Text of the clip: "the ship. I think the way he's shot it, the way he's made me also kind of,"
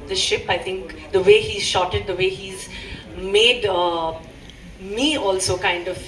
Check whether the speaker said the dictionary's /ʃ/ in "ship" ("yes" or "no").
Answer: yes